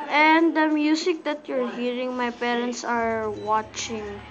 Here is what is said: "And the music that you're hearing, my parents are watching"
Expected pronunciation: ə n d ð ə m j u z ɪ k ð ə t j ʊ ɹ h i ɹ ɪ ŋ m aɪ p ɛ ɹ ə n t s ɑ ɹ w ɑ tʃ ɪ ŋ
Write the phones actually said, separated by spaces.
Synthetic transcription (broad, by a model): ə n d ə m j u s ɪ k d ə t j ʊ ɹ h i ɹ ɪ ŋ m aɪ p ɛ ɹ ə n t s ɑ ɹ w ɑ tʃ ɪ ŋ